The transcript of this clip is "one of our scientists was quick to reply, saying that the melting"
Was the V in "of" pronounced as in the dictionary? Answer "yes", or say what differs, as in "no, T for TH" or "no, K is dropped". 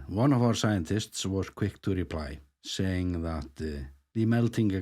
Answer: yes